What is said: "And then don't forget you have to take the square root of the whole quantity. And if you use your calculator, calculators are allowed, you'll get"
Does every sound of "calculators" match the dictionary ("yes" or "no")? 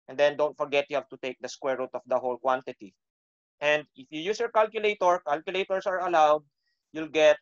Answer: no